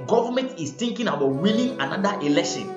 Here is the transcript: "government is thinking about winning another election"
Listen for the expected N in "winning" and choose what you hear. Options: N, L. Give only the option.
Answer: L